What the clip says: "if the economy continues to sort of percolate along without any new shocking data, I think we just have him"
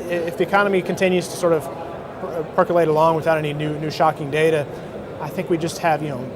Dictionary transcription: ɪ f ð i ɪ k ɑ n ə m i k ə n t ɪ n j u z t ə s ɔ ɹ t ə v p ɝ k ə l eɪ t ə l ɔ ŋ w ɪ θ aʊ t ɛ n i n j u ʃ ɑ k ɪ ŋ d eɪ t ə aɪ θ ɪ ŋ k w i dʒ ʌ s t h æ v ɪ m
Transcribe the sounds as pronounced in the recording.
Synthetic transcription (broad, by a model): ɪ f ð i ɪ k ɑ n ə m i k n t ɪ n j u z t ə s ɔ ɹ t ə v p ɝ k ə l eɪ t ə l ɔ ŋ w ɪ θ aʊ t ɛ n i n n u ʃ ɑ k ɪ ŋ d eɪ t ə aɪ θ ɪ ŋ k w i dʒ ʌ s t h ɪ v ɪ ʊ